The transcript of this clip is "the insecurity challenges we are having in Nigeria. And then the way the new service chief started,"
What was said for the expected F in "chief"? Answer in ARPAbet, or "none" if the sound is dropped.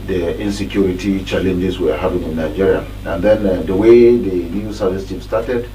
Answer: P